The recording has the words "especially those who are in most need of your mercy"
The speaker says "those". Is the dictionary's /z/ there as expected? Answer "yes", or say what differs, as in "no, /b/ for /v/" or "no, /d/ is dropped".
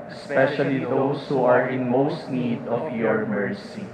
no, /s/ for /z/